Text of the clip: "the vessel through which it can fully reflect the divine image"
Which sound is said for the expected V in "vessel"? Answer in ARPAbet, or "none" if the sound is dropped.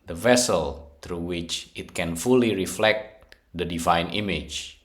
V